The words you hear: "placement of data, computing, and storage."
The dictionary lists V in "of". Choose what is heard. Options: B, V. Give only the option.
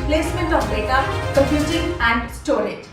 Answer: B